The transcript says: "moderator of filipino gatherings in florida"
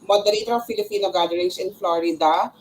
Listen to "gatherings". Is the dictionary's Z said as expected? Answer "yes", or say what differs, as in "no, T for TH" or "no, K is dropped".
no, S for Z